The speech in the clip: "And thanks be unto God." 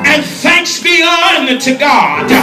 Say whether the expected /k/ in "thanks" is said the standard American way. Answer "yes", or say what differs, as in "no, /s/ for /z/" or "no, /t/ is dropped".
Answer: yes